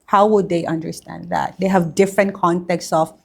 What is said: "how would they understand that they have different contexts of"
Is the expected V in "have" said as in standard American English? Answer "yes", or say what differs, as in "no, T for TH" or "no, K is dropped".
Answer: yes